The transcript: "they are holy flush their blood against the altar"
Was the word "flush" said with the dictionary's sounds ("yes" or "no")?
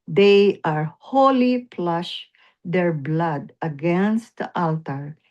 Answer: no